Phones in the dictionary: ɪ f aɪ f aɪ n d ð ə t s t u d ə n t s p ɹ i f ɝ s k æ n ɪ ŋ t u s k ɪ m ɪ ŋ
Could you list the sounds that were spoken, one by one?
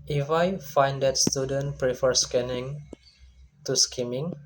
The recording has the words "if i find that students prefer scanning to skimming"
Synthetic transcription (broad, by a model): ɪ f aɪ f aɪ n d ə t s t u d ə n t p ɹ i f ɝ s k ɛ n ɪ ŋ t u s k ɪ m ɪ ŋ